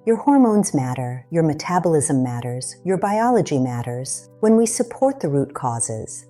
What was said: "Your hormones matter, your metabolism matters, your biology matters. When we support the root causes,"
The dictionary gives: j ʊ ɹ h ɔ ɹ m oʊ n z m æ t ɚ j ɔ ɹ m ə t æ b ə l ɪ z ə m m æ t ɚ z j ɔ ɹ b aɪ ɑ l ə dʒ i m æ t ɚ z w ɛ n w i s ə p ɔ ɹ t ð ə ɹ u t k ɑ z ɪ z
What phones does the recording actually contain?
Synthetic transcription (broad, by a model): j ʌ ɹ h ɔ ɹ m oʊ n z m æ t ɚ j ɔ ɹ m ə t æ b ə l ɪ z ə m m æ t ɚ z j ɔ ɹ b aɪ ɑ l ə dʒ i m æ t ɚ z w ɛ n w i s ə p ɔ ɹ t ð ə ɹ u t k ɑ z ɪ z